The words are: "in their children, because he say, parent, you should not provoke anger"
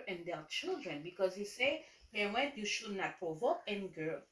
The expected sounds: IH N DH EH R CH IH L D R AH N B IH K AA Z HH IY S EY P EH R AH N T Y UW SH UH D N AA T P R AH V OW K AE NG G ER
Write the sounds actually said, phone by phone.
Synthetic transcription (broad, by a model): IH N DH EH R CH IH L D R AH N B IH K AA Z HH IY S EY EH W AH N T Y UW SH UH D N AA T P R AH V OW K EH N G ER